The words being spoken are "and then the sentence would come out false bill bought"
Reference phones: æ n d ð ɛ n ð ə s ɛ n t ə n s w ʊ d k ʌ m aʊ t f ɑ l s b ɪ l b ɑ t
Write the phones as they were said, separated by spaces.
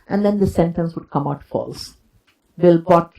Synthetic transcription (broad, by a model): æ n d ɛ n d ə s ɛ n t ə n s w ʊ d k ʌ m aʊ t f ɑ l s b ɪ l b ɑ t